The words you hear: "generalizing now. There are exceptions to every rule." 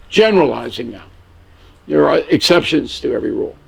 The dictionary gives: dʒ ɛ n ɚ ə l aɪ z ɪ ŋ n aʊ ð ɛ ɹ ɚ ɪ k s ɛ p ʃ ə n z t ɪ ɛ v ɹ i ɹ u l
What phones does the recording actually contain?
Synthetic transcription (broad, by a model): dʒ ɛ n ɚ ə l aɪ z ɪ ŋ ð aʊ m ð ɚ ɪ k s ɛ p ʃ ə n z t ɪ ɛ v ɹ i ɹ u l